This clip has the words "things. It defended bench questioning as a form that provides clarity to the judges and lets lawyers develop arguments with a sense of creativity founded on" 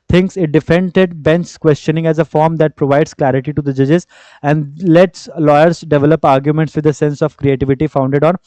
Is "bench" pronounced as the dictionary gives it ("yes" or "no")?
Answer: no